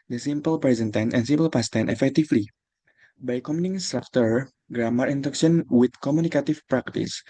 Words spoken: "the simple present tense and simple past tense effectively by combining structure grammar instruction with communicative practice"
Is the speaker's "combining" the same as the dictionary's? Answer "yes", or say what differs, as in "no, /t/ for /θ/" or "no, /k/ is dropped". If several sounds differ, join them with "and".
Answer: no, /b/ is dropped